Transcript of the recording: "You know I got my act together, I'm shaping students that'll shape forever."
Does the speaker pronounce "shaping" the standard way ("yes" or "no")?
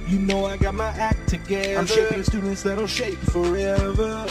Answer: no